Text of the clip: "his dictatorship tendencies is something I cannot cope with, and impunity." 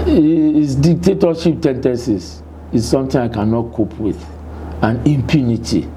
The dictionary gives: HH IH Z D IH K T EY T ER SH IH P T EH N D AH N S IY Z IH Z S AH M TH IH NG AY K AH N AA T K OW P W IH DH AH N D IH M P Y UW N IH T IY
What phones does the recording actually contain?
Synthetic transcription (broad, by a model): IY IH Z D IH K T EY T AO SH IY P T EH N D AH N S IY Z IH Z S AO M T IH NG AY K AH N AA T K OW P W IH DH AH N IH M P Y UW N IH T IY